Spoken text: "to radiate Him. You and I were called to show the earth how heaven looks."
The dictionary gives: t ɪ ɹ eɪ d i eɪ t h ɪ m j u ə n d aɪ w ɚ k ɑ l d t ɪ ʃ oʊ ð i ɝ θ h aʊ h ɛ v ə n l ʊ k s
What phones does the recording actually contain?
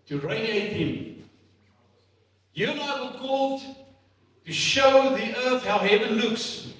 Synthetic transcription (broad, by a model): t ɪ ɹ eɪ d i eɪ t h ɪ m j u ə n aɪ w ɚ k ɑ l d t ɪ ʃ oʊ ð i ɝ θ h aʊ h ɛ v ə n l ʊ k s